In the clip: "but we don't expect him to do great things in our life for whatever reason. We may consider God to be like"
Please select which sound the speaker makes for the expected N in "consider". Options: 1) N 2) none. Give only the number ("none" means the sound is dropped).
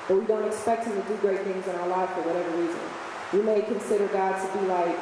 1